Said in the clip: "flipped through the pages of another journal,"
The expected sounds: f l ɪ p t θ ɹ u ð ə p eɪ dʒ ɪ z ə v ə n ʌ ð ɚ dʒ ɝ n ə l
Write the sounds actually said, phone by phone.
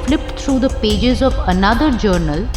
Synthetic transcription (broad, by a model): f l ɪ p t t ɹ u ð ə p eɪ dʒ ɪ z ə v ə n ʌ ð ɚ dʒ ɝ n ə l